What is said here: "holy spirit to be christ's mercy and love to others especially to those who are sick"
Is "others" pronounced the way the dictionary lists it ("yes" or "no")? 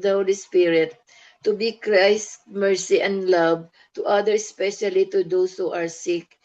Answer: no